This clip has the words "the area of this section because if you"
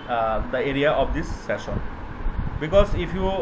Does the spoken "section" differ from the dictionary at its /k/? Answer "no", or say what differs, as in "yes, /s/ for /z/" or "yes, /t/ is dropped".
yes, /k/ is dropped